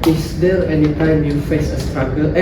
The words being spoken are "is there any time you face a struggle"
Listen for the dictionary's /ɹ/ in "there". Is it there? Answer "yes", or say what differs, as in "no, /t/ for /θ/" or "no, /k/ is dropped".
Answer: no, /l/ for /ɹ/